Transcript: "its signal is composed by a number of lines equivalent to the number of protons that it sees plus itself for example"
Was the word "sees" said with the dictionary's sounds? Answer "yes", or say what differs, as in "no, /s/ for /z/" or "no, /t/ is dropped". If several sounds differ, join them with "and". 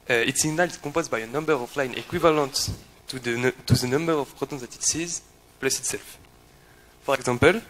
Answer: yes